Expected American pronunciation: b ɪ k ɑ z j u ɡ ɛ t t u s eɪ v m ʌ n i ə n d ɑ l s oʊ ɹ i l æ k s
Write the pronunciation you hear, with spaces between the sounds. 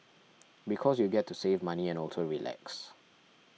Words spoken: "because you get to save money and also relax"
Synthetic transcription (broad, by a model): b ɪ k ɑ s j u ɡ ɛ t t u s eɪ v m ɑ n i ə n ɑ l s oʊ ɹ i l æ k s